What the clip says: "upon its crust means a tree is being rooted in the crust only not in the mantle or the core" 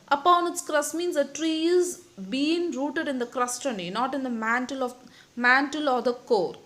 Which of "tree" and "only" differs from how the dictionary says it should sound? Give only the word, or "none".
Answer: only